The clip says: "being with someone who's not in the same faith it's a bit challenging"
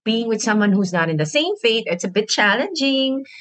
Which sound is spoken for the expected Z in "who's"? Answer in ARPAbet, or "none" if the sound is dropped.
Z